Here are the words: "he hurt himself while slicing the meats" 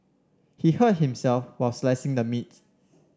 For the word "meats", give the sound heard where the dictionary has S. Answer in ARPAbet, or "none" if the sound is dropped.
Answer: none